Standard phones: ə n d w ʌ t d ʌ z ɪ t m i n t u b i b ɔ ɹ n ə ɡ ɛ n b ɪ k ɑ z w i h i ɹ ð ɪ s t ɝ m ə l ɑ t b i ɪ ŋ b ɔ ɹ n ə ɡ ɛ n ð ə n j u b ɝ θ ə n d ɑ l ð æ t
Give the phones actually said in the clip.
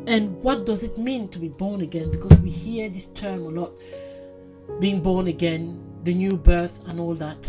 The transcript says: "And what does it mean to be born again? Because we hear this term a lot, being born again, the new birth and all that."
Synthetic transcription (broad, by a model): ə n w ʌ t d ʌ z ɪ t m i n t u b i b ɔ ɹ n ə ɡ ɛ n b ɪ k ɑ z w i h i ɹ ð ɪ s t ɝ m ə l ɑ t b i ɪ ŋ b ɔ ɹ n ə ɡ ɛ n ð ə n j u b ɝ θ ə n ɑ l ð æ t